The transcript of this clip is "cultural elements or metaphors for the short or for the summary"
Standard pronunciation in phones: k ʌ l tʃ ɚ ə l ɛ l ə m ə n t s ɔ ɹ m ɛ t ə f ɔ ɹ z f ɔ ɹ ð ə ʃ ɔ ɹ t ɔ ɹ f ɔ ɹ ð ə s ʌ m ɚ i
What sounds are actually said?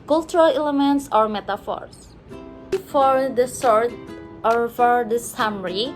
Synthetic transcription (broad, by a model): k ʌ l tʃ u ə l ɛ l ə m ə n t s ɔ ɹ m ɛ t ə f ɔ ɹ s f ɔ ɹ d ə s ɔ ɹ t ɔ ɹ f ɔ ɹ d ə s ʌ m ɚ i